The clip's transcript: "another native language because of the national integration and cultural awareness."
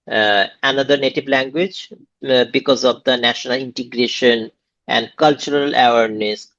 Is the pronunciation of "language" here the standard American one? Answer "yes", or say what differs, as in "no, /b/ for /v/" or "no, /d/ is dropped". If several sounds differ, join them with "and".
yes